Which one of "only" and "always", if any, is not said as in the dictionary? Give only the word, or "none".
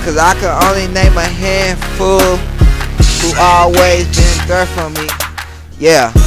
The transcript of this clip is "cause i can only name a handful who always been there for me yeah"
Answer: none